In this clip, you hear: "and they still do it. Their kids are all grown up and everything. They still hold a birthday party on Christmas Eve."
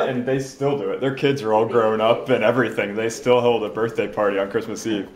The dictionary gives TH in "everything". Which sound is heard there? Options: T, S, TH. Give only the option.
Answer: TH